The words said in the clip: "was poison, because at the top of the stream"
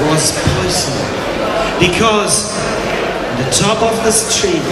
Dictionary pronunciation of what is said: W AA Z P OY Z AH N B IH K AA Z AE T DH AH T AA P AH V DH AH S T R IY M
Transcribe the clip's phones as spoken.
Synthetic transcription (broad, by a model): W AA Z P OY S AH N B IH K AA Z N DH AH T AA P AH V DH AH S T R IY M